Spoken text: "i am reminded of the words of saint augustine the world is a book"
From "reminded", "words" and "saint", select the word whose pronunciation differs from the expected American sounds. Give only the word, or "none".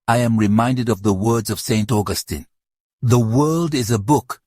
none